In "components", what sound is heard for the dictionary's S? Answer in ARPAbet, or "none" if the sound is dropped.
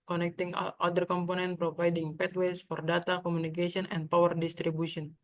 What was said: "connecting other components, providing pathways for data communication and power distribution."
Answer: none